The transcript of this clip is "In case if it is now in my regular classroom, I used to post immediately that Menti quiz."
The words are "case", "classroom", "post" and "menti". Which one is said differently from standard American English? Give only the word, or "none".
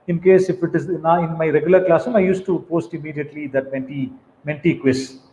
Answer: classroom